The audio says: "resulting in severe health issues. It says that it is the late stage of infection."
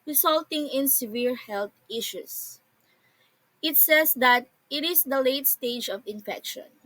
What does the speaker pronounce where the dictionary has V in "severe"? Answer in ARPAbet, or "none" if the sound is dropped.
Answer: V